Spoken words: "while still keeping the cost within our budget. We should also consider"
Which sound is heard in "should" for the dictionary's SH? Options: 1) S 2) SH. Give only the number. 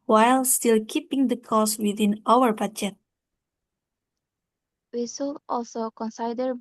1